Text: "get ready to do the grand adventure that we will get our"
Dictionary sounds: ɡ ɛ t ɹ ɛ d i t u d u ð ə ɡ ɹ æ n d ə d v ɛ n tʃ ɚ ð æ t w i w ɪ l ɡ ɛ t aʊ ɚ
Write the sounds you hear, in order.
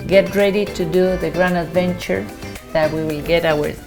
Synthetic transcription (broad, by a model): ɡ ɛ t ɹ ɛ d i t u d u ð ə ɡ ɹ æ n ə d v ɛ n tʃ ɚ ð æ t w i w ɪ l ɡ ɛ t aʊ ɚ